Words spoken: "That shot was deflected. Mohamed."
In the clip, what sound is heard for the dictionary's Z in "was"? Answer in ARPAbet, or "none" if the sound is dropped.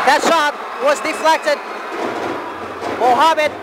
Z